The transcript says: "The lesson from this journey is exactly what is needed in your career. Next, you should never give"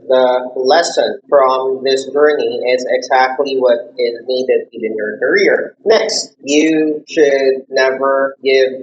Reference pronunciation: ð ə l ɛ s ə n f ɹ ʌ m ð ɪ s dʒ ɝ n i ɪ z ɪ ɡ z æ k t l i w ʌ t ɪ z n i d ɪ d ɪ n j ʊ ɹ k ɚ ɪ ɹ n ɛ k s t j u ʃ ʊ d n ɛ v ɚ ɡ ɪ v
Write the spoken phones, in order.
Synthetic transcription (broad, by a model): ð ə l ɛ s ə n f ɹ ʌ m ð ɪ s dʒ ɝ n i ɪ z ɪ ɡ z æ k t l i w ʌ t ɪ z n i d ɪ d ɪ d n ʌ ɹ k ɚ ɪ ɹ n ɛ k s t j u ʃ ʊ d n ɛ v ɚ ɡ ɪ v